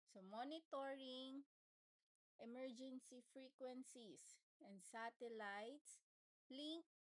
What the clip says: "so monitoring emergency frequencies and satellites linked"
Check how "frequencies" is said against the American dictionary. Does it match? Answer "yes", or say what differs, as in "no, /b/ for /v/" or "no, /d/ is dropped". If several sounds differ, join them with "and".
no, /s/ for /z/